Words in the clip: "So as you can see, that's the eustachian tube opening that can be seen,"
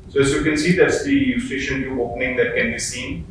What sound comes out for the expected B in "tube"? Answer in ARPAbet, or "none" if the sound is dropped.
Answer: none